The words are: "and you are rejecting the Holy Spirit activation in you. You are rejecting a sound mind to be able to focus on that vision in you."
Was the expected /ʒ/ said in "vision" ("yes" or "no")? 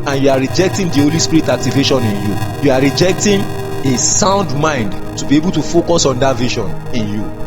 no